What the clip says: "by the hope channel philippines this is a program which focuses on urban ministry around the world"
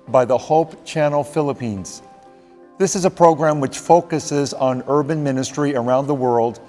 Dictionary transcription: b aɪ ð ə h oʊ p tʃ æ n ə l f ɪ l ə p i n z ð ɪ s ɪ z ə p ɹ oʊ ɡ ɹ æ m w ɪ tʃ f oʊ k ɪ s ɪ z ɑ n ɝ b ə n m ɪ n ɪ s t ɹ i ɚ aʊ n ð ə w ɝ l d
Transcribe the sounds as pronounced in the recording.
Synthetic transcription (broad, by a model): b aɪ ð ə h oʊ p tʃ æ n l f ɪ l ə p i n z ð ɪ s ɪ z ə p ɹ oʊ ɡ ɹ æ m w ɪ tʃ f oʊ k ɪ s ɪ z n ɝ b ə n m ɪ n ɪ s t ɹ i ɚ aʊ n ð ə w ɝ l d